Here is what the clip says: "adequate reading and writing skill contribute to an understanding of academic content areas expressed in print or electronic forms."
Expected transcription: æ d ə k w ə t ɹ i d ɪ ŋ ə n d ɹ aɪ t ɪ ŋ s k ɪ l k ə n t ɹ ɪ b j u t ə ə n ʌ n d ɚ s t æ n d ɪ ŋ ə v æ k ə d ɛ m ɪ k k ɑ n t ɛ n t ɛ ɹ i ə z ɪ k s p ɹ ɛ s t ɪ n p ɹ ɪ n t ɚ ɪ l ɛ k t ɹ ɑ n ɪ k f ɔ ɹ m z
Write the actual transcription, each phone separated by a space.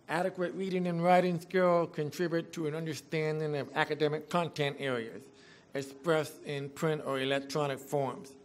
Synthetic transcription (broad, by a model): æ d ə k w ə t ɹ i d ɪ ŋ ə n ɹ aɪ t ɪ ŋ s k ɪ l k ə n t ɹ ɪ b j u t ə ə n ʌ n d ɚ s t æ n d ɪ ŋ ə v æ k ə d ɛ m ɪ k k ɑ n t ɛ n t ɛ ɹ i ə z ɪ k s p ɹ ɛ s ɪ n p ɹ ɪ n t ɚ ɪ l ɛ k t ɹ ɑ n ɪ k f ɔ ɹ m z